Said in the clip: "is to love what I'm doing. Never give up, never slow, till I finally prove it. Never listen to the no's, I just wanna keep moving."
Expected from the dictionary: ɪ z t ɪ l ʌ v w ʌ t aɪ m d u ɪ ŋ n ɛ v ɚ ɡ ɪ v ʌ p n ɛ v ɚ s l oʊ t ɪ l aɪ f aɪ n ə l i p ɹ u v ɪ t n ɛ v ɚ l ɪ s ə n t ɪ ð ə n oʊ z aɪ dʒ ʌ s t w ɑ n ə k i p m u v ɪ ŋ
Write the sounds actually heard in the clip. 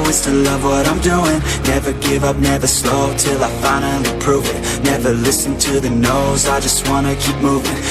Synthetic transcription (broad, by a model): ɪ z t ɪ l ʌ v w ʌ t aɪ m d u ɪ ŋ n ɛ v ɚ ɡ ɪ v ʌ p n ɛ v ɚ s l oʊ t ɪ l aɪ f aɪ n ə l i p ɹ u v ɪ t n ɛ v ɚ l ɪ s n t ɪ ð ə n oʊ z aɪ dʒ ʌ s t w ɑ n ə k i p m u v ɪ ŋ